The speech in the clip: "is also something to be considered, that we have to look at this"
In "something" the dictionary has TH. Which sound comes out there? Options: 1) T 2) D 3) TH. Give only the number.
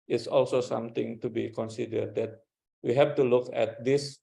1